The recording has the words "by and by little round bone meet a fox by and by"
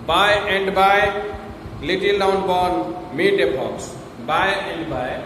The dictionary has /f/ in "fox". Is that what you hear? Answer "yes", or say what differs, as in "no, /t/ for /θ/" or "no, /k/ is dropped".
no, /p/ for /f/